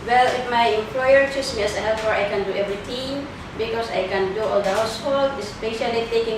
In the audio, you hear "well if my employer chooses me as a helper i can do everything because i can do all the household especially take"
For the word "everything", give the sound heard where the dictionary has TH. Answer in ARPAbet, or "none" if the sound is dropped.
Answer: T